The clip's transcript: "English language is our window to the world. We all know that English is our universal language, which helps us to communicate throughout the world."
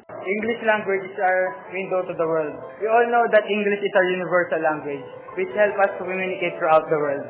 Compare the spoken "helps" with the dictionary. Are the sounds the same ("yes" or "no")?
no